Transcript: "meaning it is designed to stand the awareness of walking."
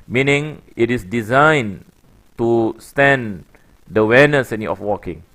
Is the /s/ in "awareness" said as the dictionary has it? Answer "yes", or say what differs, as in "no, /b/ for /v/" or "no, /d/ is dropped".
no, /s/ is dropped